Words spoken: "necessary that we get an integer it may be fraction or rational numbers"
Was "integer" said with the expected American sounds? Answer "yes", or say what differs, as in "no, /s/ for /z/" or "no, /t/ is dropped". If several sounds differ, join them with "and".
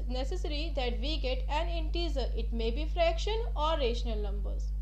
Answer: no, /z/ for /dʒ/